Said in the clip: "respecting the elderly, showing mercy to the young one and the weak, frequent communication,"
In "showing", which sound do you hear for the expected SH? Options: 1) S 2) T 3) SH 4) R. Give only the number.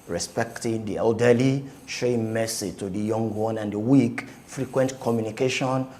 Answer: 3